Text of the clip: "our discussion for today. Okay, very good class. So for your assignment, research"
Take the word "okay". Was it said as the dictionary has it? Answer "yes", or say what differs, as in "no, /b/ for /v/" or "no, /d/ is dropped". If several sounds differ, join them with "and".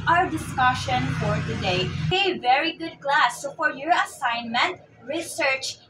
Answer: no, /k/ is dropped